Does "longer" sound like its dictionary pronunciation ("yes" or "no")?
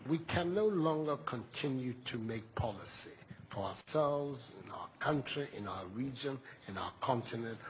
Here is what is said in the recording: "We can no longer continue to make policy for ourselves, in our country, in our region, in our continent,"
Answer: yes